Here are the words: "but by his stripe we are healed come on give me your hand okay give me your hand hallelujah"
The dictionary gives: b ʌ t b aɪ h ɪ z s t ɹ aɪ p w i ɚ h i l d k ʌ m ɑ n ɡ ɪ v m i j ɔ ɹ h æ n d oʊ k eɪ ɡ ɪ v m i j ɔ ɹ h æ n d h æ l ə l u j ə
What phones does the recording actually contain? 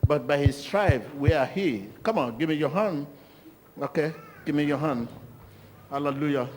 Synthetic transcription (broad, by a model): b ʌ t b aɪ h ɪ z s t ɹ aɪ b w i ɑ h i k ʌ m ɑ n ɡ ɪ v m i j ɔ h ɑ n oʊ k eɪ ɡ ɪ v m i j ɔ h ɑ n h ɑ l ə l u j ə